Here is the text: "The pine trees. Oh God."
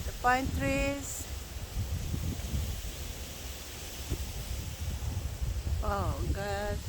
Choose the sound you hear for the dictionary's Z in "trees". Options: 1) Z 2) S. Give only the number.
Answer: 2